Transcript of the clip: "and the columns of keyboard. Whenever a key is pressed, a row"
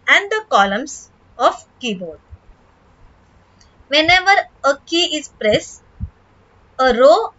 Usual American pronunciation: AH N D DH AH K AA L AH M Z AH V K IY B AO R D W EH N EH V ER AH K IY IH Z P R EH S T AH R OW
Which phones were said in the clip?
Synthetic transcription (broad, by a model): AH N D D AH K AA L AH M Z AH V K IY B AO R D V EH N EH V ER AH K IY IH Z P R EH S AH R OW